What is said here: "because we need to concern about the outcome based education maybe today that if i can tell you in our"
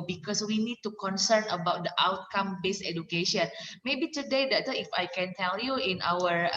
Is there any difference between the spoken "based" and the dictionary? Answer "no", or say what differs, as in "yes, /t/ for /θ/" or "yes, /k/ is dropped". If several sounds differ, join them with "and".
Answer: yes, /t/ is dropped